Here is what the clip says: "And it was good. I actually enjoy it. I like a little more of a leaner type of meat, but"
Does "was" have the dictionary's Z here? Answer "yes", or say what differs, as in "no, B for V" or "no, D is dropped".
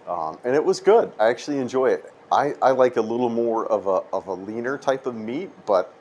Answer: yes